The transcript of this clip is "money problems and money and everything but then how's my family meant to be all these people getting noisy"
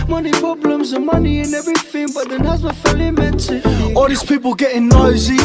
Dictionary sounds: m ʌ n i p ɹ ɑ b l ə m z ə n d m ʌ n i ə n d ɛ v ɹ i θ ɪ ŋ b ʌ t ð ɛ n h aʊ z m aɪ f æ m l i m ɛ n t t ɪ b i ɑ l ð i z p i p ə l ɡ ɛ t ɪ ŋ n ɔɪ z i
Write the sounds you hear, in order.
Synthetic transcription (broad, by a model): m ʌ n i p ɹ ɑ b l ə m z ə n m ʌ n i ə n ɛ v ɹ i θ ɪ ŋ b ʌ t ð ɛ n h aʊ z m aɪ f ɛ l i m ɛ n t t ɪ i ɑ l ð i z p i p ə l ɡ ɛ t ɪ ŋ n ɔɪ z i